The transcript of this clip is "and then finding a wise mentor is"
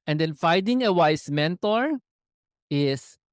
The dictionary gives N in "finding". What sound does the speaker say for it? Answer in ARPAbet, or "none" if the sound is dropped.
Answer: none